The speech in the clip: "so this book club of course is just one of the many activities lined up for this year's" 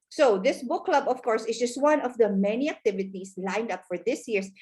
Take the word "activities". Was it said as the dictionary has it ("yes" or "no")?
no